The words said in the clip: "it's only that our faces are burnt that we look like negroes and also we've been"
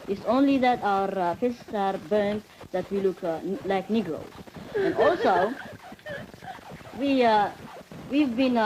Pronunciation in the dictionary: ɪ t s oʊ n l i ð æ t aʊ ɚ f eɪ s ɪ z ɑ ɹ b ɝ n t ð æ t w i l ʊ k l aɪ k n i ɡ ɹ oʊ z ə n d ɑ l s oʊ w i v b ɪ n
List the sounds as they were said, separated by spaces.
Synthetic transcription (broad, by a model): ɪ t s oʊ n l i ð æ t aʊ ɚ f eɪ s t s ɑ ɹ b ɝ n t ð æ t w i l ʊ k l aɪ k n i ɡ ɹ oʊ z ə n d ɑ l s oʊ w i v b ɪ n